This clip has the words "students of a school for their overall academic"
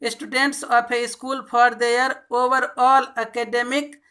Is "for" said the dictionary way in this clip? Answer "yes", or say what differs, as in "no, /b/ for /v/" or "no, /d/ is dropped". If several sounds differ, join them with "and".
no, /p/ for /f/